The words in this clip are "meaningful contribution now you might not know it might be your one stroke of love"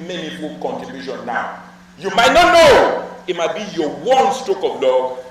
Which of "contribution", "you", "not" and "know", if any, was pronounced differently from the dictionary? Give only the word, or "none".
contribution